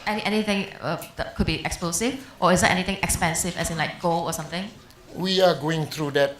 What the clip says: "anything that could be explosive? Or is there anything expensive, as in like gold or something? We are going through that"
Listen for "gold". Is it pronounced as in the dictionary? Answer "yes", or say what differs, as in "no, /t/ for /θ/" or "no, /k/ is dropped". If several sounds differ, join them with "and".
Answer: no, /d/ is dropped